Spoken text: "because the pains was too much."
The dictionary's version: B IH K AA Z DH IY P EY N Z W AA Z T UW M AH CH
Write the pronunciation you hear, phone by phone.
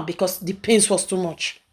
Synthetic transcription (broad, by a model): B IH K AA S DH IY P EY N S W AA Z T UW M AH CH